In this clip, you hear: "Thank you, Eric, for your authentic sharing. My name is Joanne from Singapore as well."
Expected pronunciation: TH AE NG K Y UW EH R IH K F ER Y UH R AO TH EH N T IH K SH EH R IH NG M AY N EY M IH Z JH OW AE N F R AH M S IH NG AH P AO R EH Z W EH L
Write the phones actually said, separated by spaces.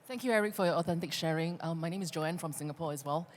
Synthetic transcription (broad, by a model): TH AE NG K Y UW EH R IH K F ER Y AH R AO TH EH N T IH K SH EH R IH NG M AY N EY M IH Z JH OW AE N F R AH M S IH NG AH P AO R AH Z W EH L